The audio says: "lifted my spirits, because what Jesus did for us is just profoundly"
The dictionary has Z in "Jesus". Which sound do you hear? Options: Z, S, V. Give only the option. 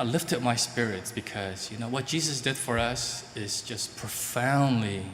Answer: Z